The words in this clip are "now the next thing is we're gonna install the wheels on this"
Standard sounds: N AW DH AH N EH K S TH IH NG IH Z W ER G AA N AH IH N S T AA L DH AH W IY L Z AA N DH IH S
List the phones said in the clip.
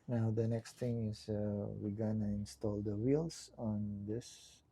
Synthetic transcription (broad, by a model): N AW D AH N EH K S T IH NG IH S W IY G AA N AH IH N S T AA L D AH W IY L S AA N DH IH S